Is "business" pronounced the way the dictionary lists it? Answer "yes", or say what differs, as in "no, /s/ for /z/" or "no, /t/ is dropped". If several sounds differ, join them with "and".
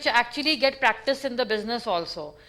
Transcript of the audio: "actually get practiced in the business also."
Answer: yes